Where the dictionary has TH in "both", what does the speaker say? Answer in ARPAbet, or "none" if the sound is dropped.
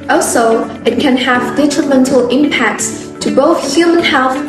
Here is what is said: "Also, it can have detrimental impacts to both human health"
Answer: TH